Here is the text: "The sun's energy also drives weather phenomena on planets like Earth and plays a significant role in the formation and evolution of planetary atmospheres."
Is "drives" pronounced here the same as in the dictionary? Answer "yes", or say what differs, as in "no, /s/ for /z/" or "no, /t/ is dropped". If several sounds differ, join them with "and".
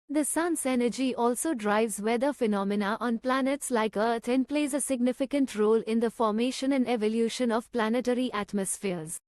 yes